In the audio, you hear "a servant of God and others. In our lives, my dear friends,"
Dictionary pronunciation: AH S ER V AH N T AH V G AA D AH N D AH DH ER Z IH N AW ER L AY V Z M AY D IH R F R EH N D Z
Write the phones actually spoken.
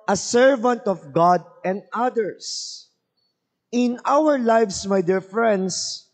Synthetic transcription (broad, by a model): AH S ER V AH N T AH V G AA D AH N D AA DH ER S IH N AW ER L AY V S M AY D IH R F R EH N D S